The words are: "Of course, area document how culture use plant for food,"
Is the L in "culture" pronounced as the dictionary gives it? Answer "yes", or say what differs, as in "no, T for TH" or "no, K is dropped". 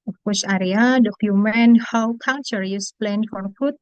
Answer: no, N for L